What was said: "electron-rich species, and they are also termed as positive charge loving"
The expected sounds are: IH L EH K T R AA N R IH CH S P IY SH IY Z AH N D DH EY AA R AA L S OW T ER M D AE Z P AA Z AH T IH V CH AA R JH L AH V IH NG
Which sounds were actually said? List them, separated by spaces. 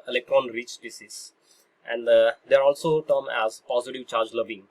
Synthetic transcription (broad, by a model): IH L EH K T R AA N R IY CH S P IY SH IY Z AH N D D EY AA R AA L S OW T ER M AE Z P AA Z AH T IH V CH AA R JH L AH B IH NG